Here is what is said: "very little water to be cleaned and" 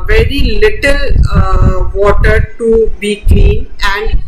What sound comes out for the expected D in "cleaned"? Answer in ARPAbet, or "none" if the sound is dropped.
none